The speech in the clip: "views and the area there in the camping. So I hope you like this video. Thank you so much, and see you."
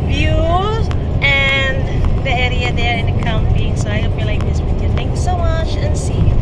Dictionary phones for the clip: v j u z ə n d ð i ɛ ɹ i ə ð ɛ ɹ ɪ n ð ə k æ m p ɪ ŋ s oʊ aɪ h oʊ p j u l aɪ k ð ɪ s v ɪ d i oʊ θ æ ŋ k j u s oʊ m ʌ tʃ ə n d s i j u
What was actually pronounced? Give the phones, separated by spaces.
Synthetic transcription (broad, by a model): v j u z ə n ð i ɛ ɹ i ə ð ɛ ɹ ɪ n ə k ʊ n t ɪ s oʊ aɪ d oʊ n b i l aɪ k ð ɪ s w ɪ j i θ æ ŋ k j u s oʊ m ʌ tʃ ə n s i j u